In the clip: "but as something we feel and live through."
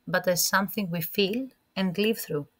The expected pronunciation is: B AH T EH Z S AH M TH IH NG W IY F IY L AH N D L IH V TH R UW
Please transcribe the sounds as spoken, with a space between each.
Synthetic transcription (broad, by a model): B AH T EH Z S AH M TH IH NG W IY F IY L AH N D L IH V TH R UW